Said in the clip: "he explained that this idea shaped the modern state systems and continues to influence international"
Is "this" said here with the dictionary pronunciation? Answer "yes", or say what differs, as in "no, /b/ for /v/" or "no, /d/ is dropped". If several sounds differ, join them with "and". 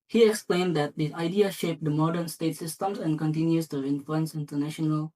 no, /s/ is dropped